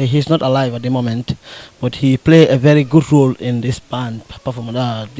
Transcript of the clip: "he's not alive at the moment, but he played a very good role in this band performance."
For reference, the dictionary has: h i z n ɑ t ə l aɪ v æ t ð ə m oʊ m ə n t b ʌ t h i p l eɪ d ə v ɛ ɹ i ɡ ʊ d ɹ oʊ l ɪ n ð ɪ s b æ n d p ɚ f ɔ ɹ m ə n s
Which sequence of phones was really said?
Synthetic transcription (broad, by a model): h i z n ɑ t ə l aɪ v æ t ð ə m oʊ m ə n t b ʌ t h i p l eɪ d ə v ɛ ɹ i ɡ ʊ d ɹ oʊ l ɪ n ð ɪ s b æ n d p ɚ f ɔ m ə